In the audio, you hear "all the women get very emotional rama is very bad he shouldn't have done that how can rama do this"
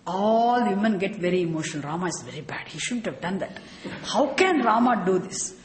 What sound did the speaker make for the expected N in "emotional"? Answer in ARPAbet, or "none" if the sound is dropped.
none